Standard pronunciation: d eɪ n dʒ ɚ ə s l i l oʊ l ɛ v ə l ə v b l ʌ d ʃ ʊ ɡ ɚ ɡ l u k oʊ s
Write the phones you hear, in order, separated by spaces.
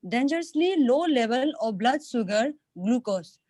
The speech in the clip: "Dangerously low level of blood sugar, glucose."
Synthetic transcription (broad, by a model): d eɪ n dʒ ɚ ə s l i l oʊ l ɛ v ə l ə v b l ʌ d s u ɡ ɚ ɡ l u k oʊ s